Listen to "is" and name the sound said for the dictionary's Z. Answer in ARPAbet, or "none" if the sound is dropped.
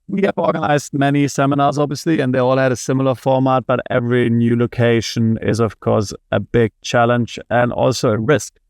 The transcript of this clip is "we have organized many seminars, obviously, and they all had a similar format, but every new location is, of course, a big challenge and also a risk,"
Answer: Z